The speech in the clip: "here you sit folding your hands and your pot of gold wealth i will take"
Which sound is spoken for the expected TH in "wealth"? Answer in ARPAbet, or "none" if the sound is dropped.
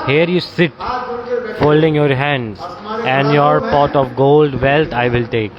T